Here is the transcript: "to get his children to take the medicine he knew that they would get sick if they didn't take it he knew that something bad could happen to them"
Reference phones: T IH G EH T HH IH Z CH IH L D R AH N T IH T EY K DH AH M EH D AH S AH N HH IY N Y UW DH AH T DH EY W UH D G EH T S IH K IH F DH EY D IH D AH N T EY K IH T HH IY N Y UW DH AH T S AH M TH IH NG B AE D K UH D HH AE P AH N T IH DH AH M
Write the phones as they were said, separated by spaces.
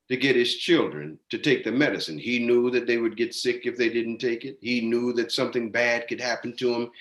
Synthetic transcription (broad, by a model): T IH G EH T HH IH Z CH IH L D R AH N T IH T EY K DH AH M EH D AH S AH N IY N Y UW DH AH T DH EY W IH D G EH T S IH K IH F DH EY D IH D N T EY K IH T HH IY N Y UW DH AH T S AH M TH IH NG B AE D K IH D HH AE P N T IH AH M